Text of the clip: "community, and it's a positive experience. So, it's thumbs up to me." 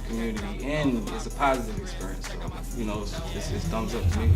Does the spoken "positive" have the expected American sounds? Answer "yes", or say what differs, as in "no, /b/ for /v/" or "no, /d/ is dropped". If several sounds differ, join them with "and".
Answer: yes